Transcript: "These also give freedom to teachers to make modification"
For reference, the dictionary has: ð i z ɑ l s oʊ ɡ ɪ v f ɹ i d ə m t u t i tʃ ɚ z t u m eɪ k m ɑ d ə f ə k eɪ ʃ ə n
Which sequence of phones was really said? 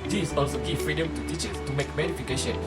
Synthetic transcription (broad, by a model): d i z ɑ l s oʊ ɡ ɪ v f ɹ i d ə m t u t i tʃ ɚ s t u m eɪ k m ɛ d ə f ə k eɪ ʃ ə n